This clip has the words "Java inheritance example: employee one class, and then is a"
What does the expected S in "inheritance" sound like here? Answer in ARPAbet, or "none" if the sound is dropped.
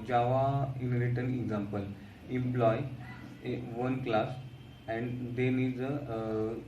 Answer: none